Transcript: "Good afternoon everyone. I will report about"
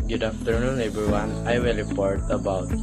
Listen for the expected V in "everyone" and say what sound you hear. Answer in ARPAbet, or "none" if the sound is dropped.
B